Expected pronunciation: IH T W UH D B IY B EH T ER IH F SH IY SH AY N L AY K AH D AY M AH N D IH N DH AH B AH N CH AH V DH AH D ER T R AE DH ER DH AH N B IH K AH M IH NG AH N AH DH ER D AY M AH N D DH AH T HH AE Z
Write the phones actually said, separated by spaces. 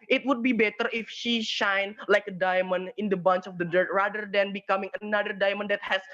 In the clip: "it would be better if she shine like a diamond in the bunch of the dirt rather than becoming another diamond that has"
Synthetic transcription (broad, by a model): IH T W UH D B IY B EH T ER IH F SH IY SH AY N L AY K AH D AY M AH N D IH N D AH B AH N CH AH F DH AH D ER T R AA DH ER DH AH N B IH K AH M IH NG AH N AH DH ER D AY M AH N D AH T HH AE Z